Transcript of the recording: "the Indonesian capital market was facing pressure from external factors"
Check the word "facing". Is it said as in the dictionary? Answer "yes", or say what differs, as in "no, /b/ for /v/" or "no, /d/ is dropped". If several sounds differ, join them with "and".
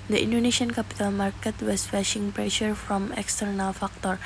no, /ʃ/ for /s/